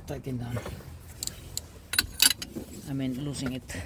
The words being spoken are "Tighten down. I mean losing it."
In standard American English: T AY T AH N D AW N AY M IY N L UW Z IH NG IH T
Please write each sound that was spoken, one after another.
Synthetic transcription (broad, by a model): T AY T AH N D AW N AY M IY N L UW S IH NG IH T